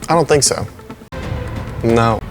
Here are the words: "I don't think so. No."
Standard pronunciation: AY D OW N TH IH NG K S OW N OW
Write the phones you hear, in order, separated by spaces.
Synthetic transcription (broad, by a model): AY D OW N TH IH NG K S OW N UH